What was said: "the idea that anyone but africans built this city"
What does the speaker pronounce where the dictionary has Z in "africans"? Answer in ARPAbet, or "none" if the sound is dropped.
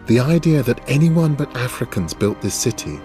Z